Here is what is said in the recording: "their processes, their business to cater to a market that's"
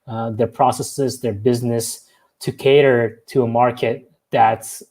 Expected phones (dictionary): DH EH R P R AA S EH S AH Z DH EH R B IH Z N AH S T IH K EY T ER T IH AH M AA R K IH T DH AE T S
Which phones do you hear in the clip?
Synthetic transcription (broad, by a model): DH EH R P R AA S EH S AH Z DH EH R B IH Z N AH S T IH K EY T ER T IH AH M AA R K IH T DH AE T S